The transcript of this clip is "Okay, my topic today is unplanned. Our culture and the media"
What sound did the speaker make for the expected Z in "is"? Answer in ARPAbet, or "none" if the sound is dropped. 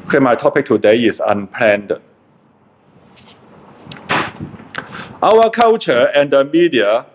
S